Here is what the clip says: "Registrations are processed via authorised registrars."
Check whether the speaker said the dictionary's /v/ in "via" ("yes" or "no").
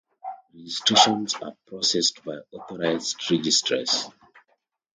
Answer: no